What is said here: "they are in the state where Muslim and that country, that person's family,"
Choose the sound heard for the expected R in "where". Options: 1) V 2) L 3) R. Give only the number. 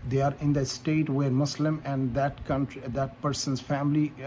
3